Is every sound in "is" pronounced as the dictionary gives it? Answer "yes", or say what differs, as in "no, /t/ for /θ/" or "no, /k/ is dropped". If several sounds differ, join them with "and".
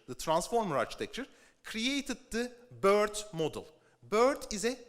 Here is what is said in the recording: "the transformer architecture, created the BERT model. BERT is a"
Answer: yes